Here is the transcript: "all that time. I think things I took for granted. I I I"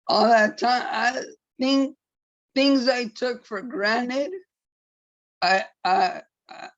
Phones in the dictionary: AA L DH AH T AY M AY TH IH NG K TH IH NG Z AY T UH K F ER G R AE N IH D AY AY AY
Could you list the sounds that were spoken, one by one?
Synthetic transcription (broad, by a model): AA L DH AH T AY M AY TH IH NG K TH IH NG Z AY T UH K F ER G R AE N IH D AY AY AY